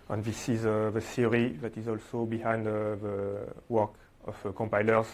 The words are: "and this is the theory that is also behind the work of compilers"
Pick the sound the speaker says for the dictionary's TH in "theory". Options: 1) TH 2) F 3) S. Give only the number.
3